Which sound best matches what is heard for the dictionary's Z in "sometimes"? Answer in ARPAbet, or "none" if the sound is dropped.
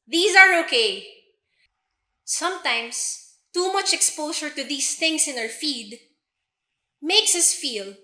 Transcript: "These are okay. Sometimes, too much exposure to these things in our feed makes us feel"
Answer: S